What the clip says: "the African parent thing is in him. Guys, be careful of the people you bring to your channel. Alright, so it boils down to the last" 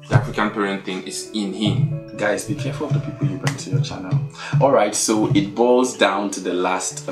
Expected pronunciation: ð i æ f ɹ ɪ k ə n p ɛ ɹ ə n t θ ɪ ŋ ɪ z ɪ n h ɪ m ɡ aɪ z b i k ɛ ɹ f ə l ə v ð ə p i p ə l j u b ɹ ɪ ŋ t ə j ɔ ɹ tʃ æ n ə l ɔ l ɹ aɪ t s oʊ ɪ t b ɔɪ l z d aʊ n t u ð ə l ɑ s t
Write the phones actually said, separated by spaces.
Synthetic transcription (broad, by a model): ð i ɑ f ɹ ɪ k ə n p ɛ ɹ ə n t θ ɪ ŋ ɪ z ɪ n h ɪ m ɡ aɪ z b i k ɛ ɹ f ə l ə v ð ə p i p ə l j u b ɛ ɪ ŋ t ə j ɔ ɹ tʃ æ n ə l ɔ l ɹ aɪ t s oʊ ɪ t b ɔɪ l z d aʊ n t u ð ə l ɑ s t